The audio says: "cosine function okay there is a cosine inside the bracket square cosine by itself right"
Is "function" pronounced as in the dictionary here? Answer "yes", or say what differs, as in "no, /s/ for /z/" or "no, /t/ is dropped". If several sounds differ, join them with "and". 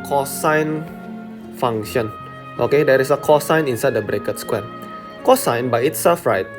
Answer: no, /k/ is dropped